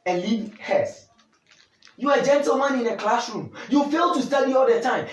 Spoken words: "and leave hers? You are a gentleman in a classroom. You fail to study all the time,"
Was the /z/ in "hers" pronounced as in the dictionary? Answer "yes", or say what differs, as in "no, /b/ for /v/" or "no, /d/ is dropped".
no, /s/ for /z/